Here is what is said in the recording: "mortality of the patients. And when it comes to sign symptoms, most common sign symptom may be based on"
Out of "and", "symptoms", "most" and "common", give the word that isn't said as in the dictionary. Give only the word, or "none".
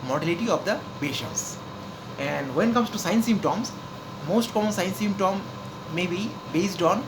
symptoms